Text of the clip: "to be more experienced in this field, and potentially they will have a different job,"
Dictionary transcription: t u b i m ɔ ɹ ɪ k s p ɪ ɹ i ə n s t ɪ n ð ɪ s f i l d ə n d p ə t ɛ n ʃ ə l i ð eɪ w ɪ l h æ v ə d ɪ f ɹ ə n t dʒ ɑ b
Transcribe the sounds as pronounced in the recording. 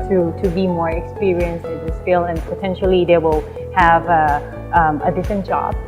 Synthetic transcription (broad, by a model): t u b i m ɔ ɹ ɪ k s p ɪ ɹ i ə n s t ɪ n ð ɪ s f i l ə n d p ə t ɛ n ʃ ə l i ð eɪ w ɪ l h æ v ə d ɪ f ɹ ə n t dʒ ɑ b